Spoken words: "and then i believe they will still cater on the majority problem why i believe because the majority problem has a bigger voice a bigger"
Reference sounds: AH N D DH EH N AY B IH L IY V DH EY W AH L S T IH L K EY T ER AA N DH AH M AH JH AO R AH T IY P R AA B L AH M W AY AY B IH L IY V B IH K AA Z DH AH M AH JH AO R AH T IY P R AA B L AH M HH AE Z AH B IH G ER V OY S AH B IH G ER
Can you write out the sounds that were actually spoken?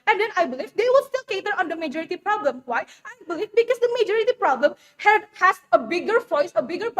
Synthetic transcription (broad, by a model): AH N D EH N AY B IH L IY V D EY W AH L S T IH L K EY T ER AA N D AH M AH JH AO R AH T IY P R AA B L AH M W AY AY B IH L IY V B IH K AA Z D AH M AH JH AO R AH T IY P R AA B L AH M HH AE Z AH B IH G ER F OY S AH B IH G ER